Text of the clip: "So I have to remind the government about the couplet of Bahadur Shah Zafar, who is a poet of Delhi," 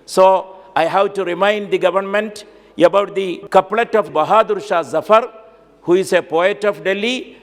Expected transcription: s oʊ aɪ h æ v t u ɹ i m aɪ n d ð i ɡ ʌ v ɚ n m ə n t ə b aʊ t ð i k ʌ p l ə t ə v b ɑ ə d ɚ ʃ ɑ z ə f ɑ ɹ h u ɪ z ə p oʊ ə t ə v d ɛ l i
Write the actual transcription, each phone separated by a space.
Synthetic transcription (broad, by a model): s oʊ aɪ h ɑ w t u ɹ i m aɪ n d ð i ɡ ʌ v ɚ n m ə n t ə b aʊ t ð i k ʌ p l ə t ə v b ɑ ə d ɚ ʃ ɑ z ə f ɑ ɹ h u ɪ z ə p oʊ ə t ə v d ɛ l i